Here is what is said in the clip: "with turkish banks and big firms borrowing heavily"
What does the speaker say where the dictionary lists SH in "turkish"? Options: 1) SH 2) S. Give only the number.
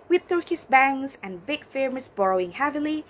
2